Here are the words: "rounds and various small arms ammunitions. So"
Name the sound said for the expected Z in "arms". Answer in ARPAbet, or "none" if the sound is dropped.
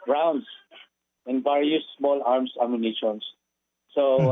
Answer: S